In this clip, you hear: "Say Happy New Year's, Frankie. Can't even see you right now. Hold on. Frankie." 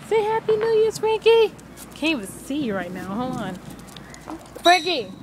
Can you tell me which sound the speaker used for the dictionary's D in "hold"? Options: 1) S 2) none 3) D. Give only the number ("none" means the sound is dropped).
2